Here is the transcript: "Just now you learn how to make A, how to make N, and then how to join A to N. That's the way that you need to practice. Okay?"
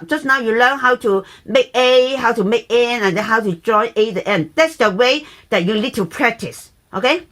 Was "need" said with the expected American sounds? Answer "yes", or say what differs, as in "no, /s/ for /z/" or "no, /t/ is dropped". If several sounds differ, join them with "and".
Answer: no, /l/ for /n/